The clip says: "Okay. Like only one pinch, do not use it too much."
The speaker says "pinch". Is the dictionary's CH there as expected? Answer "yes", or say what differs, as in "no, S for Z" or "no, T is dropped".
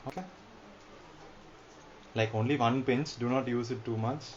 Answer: no, S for CH